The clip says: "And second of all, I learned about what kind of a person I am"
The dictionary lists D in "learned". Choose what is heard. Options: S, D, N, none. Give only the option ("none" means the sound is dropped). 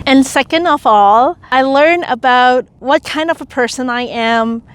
none